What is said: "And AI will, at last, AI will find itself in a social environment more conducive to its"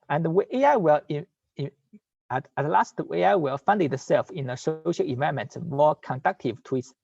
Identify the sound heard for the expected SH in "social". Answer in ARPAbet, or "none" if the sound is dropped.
SH